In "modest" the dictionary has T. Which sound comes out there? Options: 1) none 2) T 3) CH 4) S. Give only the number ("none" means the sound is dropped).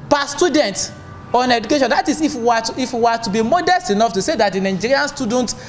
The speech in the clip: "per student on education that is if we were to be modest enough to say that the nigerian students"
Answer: 2